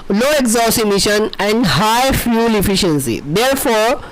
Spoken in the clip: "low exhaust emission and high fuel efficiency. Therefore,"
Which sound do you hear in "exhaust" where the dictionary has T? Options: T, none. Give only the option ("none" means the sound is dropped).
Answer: none